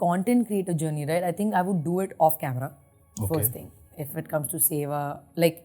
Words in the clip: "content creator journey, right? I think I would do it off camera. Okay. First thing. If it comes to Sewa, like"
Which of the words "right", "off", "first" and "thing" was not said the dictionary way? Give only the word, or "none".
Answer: thing